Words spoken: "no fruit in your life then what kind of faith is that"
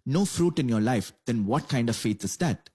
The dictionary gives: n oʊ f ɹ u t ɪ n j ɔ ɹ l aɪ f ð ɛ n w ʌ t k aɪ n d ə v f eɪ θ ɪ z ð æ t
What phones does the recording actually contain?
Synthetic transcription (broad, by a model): n oʊ f ɹ u t ɪ n j ɔ ɹ l aɪ f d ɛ n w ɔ t k aɪ n d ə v f eɪ t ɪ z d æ t